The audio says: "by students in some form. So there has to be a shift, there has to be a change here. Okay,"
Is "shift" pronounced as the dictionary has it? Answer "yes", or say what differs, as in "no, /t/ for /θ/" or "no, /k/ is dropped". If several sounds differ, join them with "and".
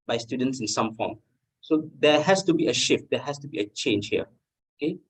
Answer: yes